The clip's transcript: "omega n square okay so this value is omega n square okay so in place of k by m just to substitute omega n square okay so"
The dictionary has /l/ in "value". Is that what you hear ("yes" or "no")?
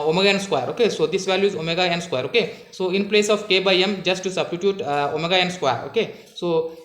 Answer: yes